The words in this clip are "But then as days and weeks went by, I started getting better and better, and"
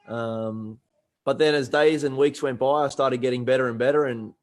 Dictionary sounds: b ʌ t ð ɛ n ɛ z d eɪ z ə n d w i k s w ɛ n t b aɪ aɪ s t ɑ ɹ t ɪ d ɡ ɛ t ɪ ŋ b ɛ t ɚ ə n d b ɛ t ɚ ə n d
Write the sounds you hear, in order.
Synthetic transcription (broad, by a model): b ʌ t ð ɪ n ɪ z d eɪ z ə n w i k s w ɛ n b aɪ aɪ s t ɑ ɹ t ɪ d ɡ ɛ t ɪ ŋ b ɛ t ɚ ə n b ɛ t ɚ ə n